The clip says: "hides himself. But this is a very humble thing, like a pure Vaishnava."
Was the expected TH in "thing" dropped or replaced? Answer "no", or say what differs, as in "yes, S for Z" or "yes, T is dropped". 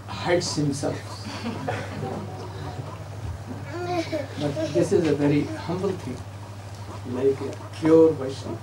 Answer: yes, T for TH